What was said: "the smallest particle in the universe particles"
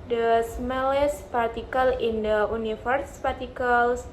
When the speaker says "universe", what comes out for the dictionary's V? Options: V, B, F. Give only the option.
F